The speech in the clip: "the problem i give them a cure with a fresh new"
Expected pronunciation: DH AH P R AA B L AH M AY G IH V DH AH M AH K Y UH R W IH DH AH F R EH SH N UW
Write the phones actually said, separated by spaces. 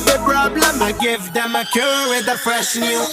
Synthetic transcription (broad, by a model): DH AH P R AA B L AH M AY G IH V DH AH M AH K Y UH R W IH DH AH P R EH S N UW